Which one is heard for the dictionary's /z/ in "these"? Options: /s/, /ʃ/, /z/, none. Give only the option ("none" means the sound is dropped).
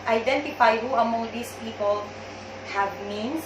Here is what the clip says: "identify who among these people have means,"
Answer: /s/